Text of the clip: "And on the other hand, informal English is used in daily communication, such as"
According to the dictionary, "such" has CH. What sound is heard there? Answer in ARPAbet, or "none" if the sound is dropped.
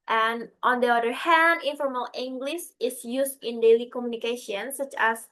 CH